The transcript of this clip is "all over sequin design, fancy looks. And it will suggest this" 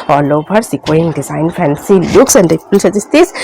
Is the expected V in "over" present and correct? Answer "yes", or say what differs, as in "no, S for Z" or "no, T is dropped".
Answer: no, B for V